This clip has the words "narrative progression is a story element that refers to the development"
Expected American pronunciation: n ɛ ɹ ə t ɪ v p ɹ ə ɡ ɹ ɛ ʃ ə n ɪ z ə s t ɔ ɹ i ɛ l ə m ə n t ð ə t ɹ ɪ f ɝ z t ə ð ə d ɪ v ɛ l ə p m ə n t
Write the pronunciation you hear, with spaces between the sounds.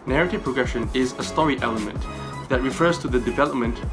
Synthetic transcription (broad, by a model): n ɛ ɹ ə t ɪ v p ɹ ə ɡ ɹ ɛ ʃ ə n ɪ z ə s t ɔ ɹ i ɛ l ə m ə n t ð ə t ɹ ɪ f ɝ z t ə ð ə d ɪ v ɛ l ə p m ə n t